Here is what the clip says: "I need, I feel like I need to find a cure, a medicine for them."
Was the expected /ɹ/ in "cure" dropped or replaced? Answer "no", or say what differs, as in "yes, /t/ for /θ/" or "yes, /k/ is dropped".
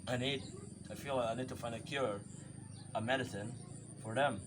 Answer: no